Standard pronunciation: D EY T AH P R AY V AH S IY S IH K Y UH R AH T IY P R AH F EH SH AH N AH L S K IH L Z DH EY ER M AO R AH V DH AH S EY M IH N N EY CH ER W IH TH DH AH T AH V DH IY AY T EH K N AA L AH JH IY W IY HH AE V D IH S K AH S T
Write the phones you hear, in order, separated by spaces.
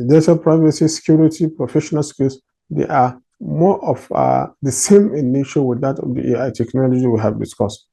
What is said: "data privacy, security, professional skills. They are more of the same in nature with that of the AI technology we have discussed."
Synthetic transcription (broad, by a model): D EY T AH P R AY V AH S IY S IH K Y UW R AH T IY P R AH F EH SH AH N AH L S K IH L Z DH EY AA M AO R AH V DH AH S EY M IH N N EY SH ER W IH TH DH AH T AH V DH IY AY T EH K N AA L AH JH IY W IY HH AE V D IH S K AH S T